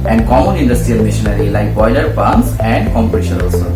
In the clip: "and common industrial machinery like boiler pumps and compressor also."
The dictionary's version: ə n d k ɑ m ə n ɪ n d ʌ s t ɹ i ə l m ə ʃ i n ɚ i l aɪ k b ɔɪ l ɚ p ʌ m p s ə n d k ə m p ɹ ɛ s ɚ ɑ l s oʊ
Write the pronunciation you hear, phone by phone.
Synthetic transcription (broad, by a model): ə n d k ɑ m ə n ɪ n d ʌ s t ɹ i ə l m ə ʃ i n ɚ i l aɪ k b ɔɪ l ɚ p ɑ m s ə n d k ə m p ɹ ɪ ʃ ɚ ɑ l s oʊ